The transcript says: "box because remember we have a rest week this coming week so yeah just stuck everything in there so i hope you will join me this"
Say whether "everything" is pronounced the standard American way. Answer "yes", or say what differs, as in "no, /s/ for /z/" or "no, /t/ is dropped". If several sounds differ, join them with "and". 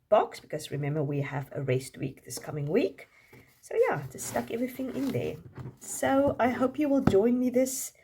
yes